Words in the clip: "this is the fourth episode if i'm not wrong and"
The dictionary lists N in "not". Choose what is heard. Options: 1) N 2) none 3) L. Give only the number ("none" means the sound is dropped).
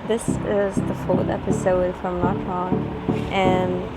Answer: 3